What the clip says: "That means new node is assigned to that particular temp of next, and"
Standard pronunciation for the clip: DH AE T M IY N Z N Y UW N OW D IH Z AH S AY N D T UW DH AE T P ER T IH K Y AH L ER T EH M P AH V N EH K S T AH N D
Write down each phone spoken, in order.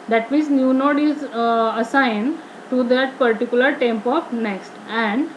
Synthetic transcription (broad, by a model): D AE T M IY N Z N Y UW N OW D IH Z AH S AY N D T UW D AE T P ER T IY K Y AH L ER T EH M P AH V N EH K S T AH N D